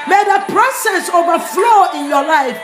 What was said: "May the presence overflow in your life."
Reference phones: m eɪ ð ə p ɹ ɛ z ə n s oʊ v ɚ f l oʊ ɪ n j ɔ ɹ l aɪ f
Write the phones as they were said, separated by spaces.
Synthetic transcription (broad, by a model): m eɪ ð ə p ɹ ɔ s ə s oʊ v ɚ f l oʊ ɪ n j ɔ l aɪ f